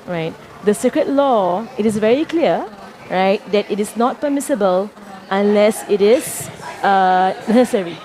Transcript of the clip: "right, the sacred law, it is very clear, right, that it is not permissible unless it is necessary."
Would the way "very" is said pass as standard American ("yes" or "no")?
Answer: yes